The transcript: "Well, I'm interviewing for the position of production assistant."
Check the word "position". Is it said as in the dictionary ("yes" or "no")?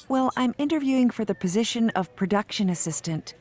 yes